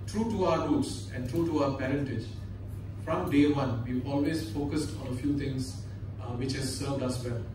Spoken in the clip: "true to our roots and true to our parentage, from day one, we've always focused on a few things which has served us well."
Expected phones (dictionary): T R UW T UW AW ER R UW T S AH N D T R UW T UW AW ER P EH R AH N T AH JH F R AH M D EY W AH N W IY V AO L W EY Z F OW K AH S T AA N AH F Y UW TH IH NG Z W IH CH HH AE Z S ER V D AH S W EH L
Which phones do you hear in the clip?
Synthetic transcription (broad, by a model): T R UW T UW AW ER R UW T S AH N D T R UW T UW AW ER P EH R AH N T AH JH F R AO M D EY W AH N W IY AO L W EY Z F OW K AH S T AA N AH F Y UW T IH NG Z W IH CH HH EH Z S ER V D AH S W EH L